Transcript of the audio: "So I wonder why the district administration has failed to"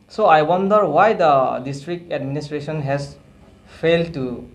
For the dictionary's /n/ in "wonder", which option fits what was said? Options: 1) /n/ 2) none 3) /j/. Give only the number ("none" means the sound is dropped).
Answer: 1